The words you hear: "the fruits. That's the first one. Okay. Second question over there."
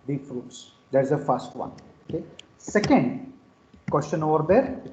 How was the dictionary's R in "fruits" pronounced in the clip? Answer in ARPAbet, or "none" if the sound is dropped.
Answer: R